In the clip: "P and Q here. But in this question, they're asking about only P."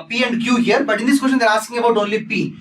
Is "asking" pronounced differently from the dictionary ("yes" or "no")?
yes